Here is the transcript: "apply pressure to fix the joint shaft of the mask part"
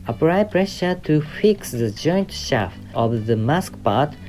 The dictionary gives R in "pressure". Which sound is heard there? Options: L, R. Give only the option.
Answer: R